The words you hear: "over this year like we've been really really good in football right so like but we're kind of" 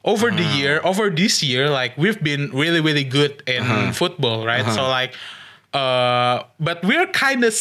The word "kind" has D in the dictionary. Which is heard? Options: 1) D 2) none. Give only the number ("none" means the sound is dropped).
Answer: 1